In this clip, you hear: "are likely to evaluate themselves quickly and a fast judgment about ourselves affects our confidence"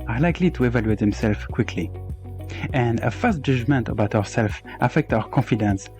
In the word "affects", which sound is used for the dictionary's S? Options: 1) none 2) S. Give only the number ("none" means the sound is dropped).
1